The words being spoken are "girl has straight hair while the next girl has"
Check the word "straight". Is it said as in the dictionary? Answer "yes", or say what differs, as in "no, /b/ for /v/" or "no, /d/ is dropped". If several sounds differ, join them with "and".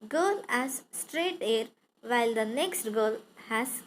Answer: yes